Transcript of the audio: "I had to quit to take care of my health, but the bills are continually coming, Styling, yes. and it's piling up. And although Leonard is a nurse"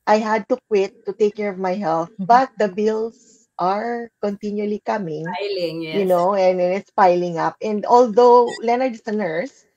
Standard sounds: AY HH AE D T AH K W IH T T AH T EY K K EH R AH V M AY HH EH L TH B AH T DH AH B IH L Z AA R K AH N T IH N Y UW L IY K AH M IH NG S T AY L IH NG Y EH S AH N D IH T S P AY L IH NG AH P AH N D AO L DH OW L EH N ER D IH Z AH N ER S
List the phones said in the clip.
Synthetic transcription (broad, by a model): AY HH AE D T AH K W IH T T AH T EY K K EH R AH V M AY HH EH L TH B AH T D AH B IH L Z AA R K AH N T IH N Y UW L IY K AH M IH NG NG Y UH N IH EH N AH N IH T S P AY L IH NG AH P AH N D AO L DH OW L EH N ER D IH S AH N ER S